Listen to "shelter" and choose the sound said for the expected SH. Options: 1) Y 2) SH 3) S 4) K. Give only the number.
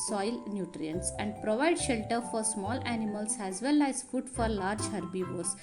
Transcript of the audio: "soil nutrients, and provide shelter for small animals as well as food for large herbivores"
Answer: 2